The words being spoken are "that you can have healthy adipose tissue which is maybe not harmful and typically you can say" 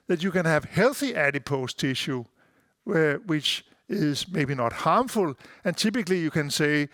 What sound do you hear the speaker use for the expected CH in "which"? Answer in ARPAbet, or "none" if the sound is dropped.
CH